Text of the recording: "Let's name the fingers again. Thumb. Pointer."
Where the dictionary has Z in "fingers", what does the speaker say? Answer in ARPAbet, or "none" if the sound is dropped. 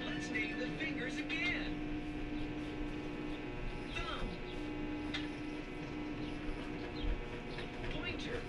Z